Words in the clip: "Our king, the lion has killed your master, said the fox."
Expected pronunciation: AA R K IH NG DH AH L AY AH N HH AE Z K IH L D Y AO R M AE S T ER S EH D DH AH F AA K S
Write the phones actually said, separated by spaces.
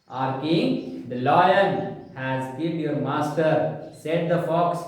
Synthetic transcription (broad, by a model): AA R K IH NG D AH L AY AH L HH AE Z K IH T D Y AO R M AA S T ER S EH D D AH F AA K S